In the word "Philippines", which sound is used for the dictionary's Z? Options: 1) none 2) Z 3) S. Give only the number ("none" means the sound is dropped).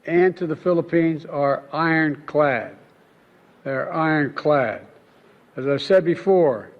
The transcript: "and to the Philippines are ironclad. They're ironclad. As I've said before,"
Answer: 2